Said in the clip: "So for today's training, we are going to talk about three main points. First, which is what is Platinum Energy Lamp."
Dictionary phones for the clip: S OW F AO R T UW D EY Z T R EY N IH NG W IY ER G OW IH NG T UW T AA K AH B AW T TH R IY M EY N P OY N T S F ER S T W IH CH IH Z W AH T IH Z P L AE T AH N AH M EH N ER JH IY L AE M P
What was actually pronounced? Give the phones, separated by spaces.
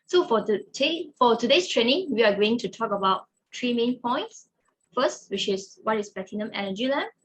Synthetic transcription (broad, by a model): S OW F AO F T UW D EY S T R EY N IH NG W IY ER G OW IH NG T UW T AA K AH B AW T T R IY M EY N P OY N T S F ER S T W IH CH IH S W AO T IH S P EH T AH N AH M EH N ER JH IY L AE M